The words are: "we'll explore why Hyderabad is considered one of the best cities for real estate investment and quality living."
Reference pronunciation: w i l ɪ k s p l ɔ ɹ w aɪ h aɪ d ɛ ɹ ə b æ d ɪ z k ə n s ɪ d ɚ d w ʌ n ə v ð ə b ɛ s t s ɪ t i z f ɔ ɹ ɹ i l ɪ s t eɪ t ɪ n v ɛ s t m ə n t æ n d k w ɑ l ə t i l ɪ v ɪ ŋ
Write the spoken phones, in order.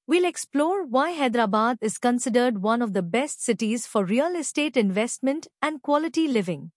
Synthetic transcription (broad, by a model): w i l ɪ k s p l ɔ ɹ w aɪ h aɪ d ɹ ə b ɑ d ɪ z k ə n s ɪ d ɚ d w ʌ n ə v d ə b ɛ s t s ɪ t i z f ɔ ɹ ɹ i l ɪ s t eɪ t ɪ n v ɛ s t m ə n t æ n d k w ɑ l ə t i l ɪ v ɪ ŋ